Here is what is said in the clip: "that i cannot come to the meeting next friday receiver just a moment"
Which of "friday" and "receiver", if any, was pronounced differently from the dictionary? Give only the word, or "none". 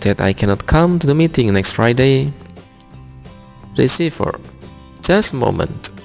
receiver